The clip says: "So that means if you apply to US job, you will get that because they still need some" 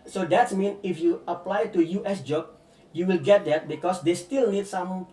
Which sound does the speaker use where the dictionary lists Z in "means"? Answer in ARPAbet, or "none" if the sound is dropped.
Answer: none